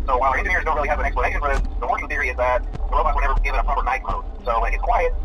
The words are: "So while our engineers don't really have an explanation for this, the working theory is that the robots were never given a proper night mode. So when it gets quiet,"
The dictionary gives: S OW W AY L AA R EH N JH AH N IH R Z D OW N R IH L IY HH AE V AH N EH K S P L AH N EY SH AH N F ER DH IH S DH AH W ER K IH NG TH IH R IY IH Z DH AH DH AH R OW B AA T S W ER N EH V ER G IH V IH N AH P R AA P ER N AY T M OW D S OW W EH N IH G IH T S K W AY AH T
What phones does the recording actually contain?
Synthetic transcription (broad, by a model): S OW W AY L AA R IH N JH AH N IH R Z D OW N R IH L IY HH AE V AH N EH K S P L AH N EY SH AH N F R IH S DH AH W ER K IH NG TH IH R IY IH Z DH AH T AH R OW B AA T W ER N EH V ER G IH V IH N AH P R AA P ER N AY T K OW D S OW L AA IH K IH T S K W AY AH T